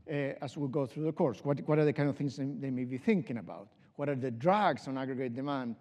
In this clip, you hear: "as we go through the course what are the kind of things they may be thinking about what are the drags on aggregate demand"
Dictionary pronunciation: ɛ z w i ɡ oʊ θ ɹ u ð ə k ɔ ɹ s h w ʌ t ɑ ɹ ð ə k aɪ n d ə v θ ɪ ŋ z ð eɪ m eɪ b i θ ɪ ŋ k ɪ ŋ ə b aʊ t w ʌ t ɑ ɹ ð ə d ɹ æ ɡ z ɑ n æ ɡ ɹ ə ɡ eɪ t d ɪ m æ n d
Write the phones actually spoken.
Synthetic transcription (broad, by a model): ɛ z w i ɡ oʊ θ ɹ u ð ə k ɔ ɹ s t w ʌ t ɑ ɹ ð ə k aɪ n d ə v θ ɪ ŋ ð ð eɪ m eɪ b i θ ɪ ŋ k ɪ ŋ ə b aʊ t w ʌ t ɑ ɹ ð ə d ɹ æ ɡ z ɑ n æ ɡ ɹ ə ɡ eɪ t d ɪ m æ n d